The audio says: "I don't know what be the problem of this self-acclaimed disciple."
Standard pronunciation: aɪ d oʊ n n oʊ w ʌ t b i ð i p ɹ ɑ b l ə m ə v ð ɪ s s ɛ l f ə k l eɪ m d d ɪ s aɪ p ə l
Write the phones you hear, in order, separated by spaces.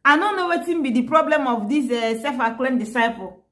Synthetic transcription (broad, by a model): aɪ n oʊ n n oʊ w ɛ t b i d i p ɹ ɑ b l ə m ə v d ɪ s s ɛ f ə k l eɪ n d d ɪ s aɪ p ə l